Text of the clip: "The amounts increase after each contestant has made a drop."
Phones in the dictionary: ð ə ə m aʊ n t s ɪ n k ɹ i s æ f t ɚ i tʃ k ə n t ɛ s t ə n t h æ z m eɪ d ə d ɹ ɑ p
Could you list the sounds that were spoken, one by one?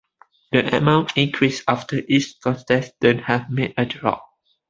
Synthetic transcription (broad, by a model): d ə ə m aʊ n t ɪ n k ɹ i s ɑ f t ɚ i s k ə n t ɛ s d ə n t h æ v m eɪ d ə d ɹ ɑ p